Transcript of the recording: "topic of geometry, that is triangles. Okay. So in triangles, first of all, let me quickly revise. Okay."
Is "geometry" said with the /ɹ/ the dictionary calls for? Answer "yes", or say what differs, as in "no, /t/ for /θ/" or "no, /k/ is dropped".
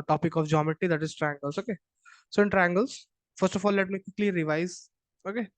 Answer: no, /ɹ/ is dropped